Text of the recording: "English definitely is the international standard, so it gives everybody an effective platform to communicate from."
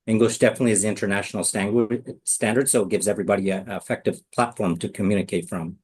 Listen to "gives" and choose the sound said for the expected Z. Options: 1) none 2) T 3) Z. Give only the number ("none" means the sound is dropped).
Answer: 3